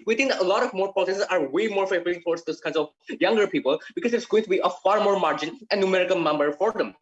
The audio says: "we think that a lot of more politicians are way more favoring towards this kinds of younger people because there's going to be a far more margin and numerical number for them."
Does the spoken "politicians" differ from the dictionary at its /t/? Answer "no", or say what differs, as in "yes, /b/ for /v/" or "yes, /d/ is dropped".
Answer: yes, /s/ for /t/